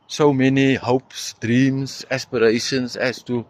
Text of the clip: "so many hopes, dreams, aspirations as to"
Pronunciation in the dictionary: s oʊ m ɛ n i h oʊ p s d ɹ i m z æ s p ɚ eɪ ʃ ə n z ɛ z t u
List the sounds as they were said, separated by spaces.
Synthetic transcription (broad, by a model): s oʊ m ɛ n i h oʊ p s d ɹ i m s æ s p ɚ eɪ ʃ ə n s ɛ s t u